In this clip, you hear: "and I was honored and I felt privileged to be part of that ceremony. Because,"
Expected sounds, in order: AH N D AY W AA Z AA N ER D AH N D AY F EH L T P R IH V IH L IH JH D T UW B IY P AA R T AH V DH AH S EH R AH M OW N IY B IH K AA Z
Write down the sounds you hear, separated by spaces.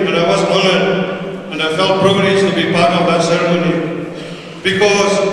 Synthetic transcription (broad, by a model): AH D AY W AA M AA L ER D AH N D AY F EH L T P R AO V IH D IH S T UW B IY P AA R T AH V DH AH S EH R AH M OW N IY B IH K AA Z